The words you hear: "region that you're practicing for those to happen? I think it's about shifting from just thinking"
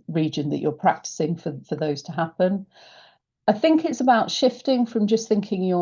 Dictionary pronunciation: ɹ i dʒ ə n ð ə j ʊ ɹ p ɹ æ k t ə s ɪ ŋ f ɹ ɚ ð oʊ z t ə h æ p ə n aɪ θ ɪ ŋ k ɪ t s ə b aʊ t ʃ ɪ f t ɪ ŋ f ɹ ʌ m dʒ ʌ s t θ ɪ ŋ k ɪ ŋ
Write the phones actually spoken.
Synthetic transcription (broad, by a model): ɹ i dʒ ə n ð ə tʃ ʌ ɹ p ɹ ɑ k t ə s ɪ ŋ f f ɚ ð oʊ z t ə h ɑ p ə n aɪ θ ɪ ŋ k ɪ t s ə b aʊ t ʃ ɪ f t ɪ ŋ f ɹ ʌ m dʒ ʌ s θ ɪ ŋ k ɪ ŋ